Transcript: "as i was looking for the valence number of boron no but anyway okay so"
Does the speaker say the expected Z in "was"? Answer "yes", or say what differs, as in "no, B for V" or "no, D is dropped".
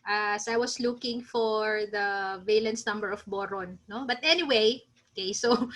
no, S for Z